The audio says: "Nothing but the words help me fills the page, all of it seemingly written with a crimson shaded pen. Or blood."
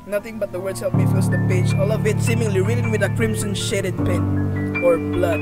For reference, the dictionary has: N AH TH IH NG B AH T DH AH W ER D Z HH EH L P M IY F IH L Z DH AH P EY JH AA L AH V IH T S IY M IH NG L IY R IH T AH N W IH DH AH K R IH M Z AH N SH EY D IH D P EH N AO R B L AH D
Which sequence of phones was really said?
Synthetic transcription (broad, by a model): N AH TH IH NG B AH T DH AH W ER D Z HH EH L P M IY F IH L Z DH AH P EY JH AA L AH V IH T S IY M IH NG L IY R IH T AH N W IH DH AH K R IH M S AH N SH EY D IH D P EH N AO R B L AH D